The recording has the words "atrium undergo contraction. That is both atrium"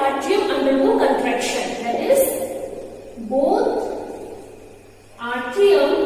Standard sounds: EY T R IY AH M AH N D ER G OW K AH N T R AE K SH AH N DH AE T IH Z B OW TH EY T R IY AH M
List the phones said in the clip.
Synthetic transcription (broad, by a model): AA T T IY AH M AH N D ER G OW K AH N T R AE K SH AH N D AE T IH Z B OW T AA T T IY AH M